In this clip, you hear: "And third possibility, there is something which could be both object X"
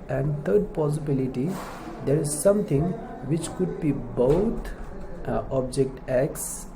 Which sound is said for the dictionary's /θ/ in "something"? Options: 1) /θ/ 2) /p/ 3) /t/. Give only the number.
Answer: 3